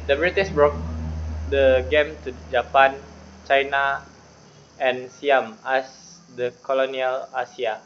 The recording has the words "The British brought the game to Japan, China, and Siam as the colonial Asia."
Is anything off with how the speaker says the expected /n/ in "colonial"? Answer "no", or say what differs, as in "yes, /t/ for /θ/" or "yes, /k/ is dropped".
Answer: no